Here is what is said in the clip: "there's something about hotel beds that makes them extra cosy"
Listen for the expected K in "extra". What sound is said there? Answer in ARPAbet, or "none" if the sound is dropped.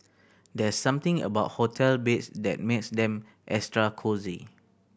none